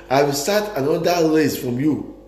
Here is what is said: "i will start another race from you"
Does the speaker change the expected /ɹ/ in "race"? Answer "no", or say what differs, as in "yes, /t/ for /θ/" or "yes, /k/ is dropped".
yes, /l/ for /ɹ/